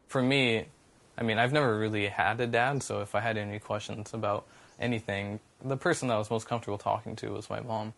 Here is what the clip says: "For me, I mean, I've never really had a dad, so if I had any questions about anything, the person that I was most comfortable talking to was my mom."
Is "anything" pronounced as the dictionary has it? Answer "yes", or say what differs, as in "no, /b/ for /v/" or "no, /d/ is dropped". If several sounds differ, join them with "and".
yes